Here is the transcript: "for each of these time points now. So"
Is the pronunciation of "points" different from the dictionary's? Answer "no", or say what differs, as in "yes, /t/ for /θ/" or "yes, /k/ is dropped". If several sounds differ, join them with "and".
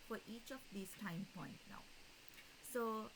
yes, /s/ is dropped